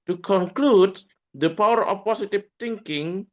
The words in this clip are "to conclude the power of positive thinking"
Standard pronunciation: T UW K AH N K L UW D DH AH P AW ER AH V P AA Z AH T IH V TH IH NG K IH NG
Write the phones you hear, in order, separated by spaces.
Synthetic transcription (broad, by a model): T UW K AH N K L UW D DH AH P AW ER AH F P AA S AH T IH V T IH NG K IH NG